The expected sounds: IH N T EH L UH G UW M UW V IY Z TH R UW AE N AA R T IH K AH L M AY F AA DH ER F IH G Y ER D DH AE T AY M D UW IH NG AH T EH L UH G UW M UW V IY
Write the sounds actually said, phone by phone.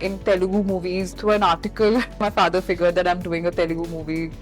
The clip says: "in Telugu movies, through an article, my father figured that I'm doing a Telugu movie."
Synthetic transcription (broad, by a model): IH N T EH L UH G UW M UW V IY Z T R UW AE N AA R T IH K AH L M AY F AA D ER F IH G ER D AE T AY M D UW IH NG AH T EH L UH G UW M UW V IY